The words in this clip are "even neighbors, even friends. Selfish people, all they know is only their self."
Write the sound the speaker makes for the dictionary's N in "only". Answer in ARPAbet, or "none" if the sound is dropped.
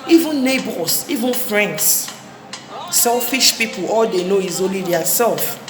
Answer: none